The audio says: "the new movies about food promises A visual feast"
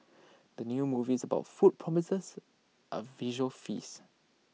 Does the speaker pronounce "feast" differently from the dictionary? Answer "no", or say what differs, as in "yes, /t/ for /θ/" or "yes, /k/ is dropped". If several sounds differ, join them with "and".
yes, /t/ is dropped